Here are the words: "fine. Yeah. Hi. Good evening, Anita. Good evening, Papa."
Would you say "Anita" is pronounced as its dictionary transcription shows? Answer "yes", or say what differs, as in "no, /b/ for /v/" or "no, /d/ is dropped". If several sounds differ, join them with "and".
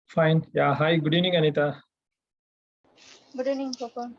yes